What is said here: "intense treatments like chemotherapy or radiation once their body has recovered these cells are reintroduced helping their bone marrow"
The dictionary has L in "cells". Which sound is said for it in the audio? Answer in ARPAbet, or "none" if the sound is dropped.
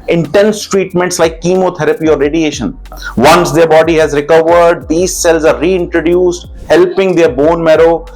L